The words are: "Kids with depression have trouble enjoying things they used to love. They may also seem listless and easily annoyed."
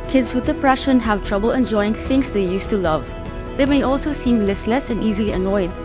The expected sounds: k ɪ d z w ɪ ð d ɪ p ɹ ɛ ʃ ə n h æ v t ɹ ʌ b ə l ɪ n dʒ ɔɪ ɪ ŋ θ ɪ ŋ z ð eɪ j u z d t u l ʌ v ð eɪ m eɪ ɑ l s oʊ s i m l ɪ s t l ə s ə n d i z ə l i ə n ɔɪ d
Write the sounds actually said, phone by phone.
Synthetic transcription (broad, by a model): k ɪ d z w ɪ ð d ɪ p ɹ ɛ ʃ ə n h æ v t ɹ ʌ b ə l ɪ n dʒ ɔɪ ɪ ŋ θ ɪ ŋ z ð eɪ j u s t u l ʌ v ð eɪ m eɪ ɑ l s oʊ s i m l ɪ s l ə s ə n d i z ə l i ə n ɔɪ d